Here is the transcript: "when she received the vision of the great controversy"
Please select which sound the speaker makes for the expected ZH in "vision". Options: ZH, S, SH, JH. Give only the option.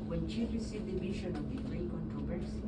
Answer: SH